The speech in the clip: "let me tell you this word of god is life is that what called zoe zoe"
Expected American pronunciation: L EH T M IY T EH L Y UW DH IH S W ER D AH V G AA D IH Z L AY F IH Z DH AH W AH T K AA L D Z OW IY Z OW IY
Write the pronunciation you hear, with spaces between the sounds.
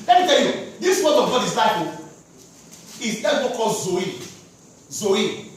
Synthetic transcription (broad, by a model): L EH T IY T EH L Y UW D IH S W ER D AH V G AA D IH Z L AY P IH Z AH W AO K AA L Z OW IY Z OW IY